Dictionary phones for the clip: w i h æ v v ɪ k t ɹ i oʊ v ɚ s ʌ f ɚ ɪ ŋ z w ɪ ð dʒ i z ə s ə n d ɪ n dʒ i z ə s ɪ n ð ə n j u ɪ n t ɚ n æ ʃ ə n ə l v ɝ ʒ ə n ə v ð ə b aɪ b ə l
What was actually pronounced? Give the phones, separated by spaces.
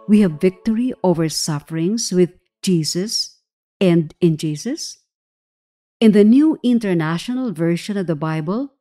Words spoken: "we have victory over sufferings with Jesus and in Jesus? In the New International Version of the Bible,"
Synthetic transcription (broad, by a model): w i h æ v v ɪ k t ɹ i oʊ v ɚ s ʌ f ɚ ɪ ŋ s w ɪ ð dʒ i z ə s ə n d ɪ n dʒ i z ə s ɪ n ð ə n j u ɪ n t ɚ n æ ʃ ə n ə l v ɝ ʃ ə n ə v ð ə b aɪ b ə l